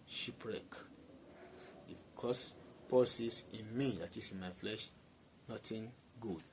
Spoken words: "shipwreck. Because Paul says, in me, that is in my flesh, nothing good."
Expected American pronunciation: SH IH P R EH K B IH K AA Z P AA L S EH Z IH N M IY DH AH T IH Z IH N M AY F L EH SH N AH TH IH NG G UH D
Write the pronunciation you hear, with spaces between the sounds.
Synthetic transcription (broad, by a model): SH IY P R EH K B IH K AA S P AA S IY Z IH N M IY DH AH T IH S IH N M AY F L EH SH N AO T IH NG G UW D